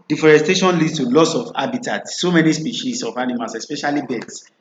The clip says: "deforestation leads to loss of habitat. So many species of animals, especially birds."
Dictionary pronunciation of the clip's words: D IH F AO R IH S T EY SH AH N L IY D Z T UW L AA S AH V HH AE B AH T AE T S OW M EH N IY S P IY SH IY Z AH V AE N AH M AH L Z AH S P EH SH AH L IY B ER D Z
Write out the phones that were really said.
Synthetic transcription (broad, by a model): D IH F AO R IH S T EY SH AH N L IY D T UW L AA S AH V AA B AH T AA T S OW M EH N IY S P IY SH IY S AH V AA N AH M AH L S AH S P EH SH AH L IY B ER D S